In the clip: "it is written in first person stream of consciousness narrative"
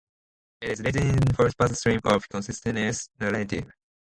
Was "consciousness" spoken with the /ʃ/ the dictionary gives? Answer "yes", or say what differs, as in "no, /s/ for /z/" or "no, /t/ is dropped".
no, /s/ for /ʃ/